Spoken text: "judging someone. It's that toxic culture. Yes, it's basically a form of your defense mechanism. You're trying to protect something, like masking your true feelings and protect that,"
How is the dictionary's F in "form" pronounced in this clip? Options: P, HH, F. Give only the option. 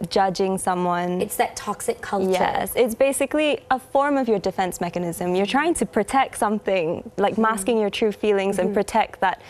F